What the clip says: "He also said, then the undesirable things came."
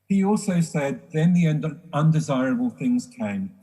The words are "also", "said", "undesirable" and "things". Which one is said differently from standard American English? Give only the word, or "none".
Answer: none